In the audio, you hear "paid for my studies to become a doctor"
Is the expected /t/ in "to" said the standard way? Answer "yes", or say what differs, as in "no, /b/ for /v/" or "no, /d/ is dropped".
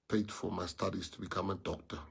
yes